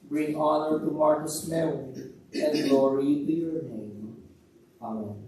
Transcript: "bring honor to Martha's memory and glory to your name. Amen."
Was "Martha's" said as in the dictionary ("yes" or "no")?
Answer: no